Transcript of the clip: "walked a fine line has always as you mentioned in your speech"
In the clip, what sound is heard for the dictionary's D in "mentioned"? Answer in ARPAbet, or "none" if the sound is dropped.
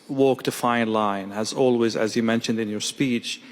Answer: D